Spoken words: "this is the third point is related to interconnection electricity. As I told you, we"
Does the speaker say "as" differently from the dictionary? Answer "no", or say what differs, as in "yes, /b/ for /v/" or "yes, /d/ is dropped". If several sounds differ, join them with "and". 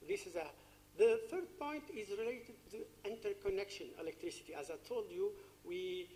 no